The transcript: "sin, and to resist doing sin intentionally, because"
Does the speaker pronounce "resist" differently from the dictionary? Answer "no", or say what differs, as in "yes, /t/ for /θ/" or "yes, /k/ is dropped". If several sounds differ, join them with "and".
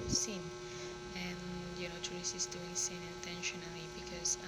yes, /s/ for /z/